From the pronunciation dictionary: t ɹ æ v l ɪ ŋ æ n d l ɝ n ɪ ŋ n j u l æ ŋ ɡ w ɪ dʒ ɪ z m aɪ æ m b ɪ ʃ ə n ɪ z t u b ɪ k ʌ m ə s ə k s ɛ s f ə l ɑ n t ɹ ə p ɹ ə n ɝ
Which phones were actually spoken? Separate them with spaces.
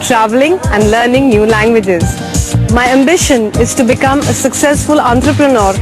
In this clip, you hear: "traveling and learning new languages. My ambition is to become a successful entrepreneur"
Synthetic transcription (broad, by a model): t ɹ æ v l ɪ ŋ æ n d l ɝ n ɪ ŋ n j u l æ ŋ ɡ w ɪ dʒ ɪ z m aɪ æ m b ɪ ʃ ə n ɪ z t u b ɪ k ʌ m ə s ə k s ɛ s f ə l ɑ n t ɹ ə p ɹ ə n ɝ